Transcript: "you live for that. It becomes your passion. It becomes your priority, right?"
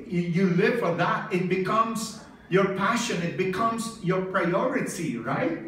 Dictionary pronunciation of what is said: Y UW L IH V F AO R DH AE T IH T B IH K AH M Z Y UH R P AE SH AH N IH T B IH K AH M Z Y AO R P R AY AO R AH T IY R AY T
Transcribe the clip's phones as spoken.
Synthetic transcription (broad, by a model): Y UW L IH V F AO R DH AE T IH T B IH K AH M Z Y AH R P AE SH AH N IH T B IH K AH M Z Y AO R P R AY AO R AH T IY R AY T